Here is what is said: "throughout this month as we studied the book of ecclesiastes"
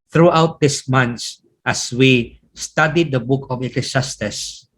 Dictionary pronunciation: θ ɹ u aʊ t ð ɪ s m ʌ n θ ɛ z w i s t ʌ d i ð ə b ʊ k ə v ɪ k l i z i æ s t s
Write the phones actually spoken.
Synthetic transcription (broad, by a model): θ ɹ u aʊ t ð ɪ s m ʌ n s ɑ s w i s t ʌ d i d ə b ʊ k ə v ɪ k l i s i s t s